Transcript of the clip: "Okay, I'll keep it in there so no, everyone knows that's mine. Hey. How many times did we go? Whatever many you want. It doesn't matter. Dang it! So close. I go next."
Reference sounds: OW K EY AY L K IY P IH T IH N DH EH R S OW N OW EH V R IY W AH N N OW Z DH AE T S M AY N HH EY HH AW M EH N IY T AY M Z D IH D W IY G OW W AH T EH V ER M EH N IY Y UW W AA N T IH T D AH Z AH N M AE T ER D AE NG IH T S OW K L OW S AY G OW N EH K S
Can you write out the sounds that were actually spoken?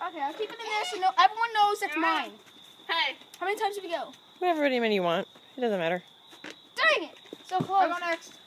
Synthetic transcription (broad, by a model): OW K EY AY L K IY P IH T IH N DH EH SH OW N OW EH V R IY W AH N N OW Z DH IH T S M AY N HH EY HH AW M EH N IY T AY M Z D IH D W IY G OW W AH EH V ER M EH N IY Y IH W AA N T IH T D AH Z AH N M AE T ER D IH NG IH T S OW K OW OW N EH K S